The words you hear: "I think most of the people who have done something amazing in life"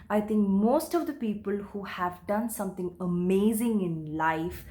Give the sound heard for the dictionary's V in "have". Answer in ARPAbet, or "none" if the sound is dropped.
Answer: V